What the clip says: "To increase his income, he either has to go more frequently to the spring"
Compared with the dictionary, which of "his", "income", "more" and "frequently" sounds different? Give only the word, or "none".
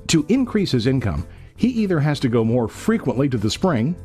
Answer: none